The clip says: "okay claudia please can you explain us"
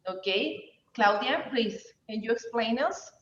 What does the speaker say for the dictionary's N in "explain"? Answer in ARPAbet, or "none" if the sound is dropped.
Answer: N